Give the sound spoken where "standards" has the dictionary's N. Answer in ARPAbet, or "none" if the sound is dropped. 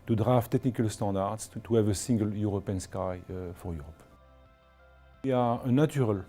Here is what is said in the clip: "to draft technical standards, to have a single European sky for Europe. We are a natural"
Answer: none